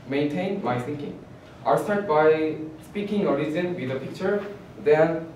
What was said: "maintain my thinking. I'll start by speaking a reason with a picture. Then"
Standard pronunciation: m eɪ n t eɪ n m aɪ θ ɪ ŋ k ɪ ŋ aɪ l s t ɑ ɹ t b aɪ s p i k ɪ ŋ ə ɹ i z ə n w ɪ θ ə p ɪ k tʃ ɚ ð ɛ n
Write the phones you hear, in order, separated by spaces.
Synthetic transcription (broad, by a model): m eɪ n t eɪ n m aɪ s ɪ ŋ k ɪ ŋ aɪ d s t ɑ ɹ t b aɪ s p i k ɪ ŋ ə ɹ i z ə n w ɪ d ə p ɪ k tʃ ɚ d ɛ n